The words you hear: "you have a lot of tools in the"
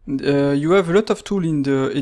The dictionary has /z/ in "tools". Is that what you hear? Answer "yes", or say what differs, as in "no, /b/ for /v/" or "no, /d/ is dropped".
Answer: no, /z/ is dropped